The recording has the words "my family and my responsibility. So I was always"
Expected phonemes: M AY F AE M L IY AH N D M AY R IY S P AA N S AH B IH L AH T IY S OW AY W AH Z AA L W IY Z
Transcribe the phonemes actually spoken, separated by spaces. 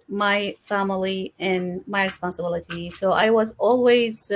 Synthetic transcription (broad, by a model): M AY F AE M L IY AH N M AY R IY S P AA N S AH B IH L AH T IY S OW AY W AH Z AA L W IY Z